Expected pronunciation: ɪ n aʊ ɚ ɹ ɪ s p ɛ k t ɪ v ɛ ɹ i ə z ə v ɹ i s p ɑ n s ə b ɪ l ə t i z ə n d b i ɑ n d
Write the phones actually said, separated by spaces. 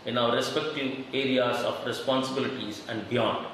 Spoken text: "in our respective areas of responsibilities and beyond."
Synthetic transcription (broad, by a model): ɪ n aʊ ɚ ɹ ɪ s p ɛ k t ɪ v ɛ ɹ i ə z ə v ɹ i s p ɑ n s ə b ɪ l ə t i z ə n d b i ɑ n d